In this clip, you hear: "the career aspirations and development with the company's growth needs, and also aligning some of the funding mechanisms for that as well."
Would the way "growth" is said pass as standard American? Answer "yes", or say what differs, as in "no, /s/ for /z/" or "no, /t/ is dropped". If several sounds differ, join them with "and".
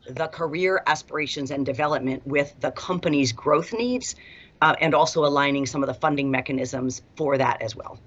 yes